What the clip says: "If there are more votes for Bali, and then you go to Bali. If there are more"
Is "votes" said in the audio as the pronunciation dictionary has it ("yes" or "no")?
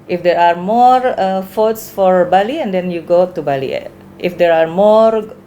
no